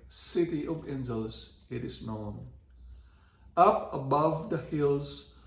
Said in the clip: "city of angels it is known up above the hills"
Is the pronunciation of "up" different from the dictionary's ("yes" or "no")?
no